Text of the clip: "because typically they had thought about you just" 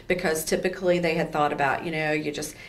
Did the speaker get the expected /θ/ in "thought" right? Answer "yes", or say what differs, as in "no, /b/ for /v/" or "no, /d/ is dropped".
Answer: yes